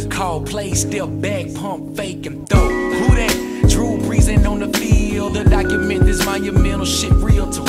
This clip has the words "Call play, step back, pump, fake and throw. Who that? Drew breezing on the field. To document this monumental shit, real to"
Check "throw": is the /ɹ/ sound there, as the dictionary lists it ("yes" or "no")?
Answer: no